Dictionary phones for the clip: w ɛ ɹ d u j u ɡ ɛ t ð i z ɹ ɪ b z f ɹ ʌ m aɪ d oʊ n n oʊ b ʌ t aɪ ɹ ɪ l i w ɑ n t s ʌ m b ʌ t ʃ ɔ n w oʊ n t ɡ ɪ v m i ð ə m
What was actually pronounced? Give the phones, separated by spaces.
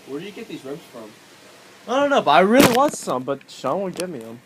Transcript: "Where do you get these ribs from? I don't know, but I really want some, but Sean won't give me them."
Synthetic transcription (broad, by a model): w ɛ ɹ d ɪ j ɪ ɡ ɛ t ð i z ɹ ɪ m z f ɹ ʌ m aɪ d oʊ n n oʊ b ʌ t aɪ ɹ ɪ l i w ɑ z s ʌ m b ʌ t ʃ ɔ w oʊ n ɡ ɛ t m i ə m